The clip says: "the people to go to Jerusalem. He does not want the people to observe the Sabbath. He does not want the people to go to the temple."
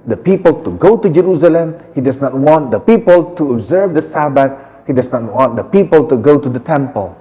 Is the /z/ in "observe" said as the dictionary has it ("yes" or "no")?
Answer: yes